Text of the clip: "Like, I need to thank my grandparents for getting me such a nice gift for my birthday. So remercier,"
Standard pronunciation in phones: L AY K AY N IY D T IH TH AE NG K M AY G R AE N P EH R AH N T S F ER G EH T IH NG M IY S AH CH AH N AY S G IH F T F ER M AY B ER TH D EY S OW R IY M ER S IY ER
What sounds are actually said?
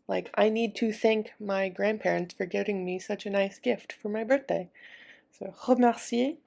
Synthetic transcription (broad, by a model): L AY K AY N IY D T IH TH AE NG K M AY G R AE N P EH R AH N T S F ER G EH T IH NG M IY S AH CH AH N AY S G IH F T F ER M AY B ER TH D EY S OW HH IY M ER S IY